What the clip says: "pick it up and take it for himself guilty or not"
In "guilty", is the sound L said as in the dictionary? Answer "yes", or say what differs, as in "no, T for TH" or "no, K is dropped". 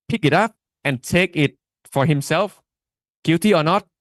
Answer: no, L is dropped